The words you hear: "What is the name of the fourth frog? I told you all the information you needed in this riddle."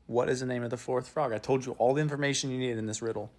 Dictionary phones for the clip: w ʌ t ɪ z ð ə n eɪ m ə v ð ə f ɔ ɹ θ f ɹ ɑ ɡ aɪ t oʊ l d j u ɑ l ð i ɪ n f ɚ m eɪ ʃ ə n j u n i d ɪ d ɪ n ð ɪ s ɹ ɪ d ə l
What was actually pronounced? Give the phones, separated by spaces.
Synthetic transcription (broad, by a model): w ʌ t ɪ z ð ə n eɪ m ə v ð ə f ɔ ɹ θ f ɹ ɑ ɡ aɪ t oʊ l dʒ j ɑ l ð i ɪ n f ɚ m eɪ ʃ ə n j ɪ n i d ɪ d ɪ n ð ɪ s ɹ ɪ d l